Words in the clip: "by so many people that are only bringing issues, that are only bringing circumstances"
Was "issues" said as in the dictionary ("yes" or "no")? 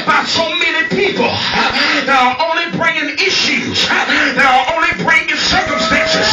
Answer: yes